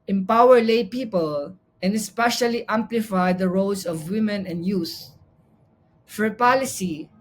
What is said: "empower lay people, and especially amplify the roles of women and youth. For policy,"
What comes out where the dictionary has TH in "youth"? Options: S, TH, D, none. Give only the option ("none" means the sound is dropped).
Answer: S